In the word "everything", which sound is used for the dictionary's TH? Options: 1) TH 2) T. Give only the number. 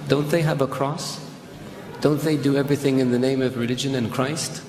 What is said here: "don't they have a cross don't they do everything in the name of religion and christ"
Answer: 1